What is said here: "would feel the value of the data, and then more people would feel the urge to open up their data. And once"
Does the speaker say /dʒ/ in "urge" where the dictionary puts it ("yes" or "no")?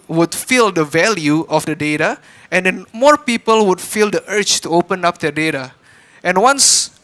no